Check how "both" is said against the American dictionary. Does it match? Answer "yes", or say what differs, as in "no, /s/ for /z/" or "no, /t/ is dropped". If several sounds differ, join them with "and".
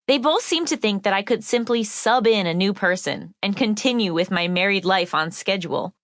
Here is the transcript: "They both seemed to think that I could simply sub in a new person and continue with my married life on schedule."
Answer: yes